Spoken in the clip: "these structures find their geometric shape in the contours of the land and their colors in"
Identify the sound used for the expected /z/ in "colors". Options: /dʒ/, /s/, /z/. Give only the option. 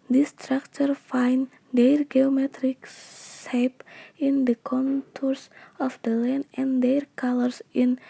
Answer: /s/